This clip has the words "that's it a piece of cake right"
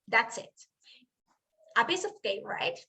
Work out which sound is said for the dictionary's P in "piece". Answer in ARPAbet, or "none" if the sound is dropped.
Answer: B